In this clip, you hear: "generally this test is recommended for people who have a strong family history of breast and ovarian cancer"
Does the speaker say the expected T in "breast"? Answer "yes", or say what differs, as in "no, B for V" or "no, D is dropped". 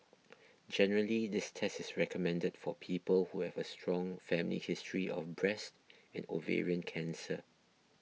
yes